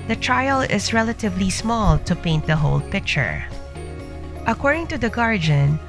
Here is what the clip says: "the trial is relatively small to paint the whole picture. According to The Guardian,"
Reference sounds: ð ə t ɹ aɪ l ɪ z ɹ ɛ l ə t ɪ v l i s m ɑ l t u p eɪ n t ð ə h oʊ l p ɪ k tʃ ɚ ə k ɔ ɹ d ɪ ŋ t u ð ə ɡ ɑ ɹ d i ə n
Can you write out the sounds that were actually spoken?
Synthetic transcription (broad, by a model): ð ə t ɹ aɪ l ɪ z ɹ ɛ l ə t ɪ v l i s m ɑ l t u p eɪ n t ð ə h oʊ l p ɪ k tʃ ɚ ə k ɔ ɹ d ɪ ŋ t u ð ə ɡ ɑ ɹ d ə n